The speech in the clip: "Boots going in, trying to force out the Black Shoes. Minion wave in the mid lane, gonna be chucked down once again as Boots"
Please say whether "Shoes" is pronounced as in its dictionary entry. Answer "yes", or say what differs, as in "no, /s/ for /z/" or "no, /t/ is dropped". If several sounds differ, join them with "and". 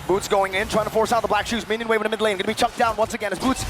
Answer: yes